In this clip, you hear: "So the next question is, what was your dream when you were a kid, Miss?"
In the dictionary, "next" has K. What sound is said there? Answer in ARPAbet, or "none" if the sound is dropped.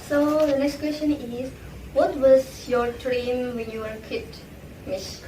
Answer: K